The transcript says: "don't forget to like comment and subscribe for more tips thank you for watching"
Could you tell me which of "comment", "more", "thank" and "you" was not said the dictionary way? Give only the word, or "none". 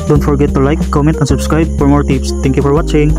thank